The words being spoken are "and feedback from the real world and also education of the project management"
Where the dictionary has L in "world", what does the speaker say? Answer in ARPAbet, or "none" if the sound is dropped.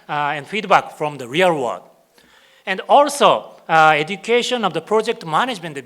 none